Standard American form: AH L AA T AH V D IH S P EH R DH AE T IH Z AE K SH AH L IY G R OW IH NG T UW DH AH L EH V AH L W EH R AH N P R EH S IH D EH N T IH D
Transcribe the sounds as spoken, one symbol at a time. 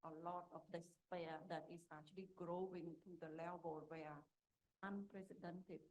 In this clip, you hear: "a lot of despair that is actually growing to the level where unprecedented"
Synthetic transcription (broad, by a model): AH L AA T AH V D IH S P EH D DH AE T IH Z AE K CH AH L IY G R OW IH NG T UW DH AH L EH B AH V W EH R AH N P R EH S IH D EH N T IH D